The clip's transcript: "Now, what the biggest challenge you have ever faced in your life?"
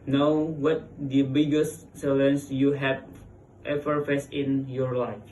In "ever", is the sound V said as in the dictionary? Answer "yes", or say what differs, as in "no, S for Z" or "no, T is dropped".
no, F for V